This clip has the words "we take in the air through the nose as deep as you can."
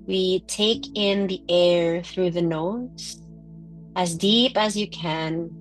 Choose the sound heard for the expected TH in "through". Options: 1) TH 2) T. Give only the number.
1